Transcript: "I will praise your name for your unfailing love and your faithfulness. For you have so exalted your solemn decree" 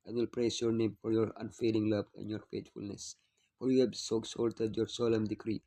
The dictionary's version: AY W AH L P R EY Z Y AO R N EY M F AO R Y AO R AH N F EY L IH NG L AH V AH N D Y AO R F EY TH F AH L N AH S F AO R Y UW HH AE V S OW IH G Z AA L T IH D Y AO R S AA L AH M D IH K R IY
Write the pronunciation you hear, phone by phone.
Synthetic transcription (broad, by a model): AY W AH L P R EY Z Y AO R N EY M F AO R Y AO R AH N F EY L IH NG L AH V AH N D Y AO R F EY T F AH L N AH S F AO R Y UW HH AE B S OW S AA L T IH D Y AO R S AA L AH M D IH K R IY